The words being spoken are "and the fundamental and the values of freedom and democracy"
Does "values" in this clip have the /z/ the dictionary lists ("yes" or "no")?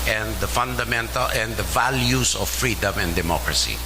no